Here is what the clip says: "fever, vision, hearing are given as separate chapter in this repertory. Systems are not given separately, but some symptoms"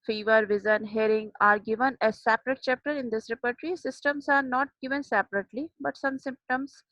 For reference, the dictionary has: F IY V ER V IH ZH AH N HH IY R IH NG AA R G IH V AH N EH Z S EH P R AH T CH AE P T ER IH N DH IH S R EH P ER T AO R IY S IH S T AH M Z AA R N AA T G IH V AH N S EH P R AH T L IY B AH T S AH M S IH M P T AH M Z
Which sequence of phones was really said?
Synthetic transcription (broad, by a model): F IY V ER V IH Z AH N HH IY R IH NG AA R G IH V AH N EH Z S EH P R AH T CH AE P T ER IH N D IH S R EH P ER T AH R IY S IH S T AH M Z AA R N AA T G IH V AH N S EH P R AH T L IY B AH T S AH M S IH M P T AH M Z